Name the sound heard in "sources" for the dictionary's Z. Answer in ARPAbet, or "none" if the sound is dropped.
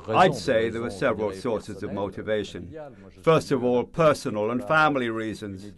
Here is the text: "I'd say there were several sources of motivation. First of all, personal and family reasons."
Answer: Z